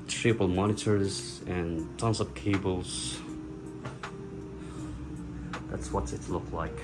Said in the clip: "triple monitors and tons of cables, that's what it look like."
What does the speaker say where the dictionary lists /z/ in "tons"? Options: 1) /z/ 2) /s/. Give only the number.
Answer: 2